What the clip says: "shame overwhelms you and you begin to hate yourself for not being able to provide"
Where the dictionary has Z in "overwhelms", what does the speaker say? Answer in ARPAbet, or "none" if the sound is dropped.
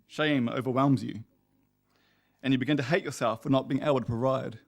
Z